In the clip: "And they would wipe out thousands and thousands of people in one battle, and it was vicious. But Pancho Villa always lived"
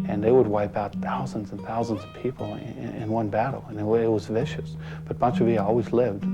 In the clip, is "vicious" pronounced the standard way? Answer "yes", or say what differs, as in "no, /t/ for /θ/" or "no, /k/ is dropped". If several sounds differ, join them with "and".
yes